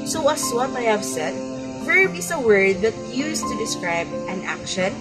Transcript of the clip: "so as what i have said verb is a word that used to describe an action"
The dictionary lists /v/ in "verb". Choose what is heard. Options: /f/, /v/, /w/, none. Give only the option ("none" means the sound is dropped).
/f/